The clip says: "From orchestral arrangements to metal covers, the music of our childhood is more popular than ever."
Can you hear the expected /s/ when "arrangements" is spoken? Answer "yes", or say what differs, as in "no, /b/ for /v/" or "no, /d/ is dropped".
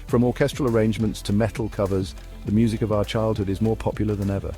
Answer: yes